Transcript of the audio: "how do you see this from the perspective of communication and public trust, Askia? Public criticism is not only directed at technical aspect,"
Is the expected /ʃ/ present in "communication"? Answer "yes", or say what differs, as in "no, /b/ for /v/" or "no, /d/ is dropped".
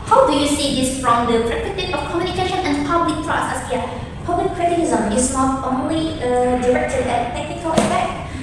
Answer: yes